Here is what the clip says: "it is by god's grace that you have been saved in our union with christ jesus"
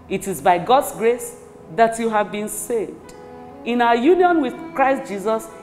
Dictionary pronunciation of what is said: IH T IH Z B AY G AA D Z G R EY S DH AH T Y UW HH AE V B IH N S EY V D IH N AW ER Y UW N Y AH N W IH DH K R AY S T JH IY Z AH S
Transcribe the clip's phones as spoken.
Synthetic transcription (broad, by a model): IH T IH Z B AY G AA D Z G R EY S DH AH T Y UW HH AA V B IH N S EY V D IH N AW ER Y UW N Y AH N W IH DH K R AY S T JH IY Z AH S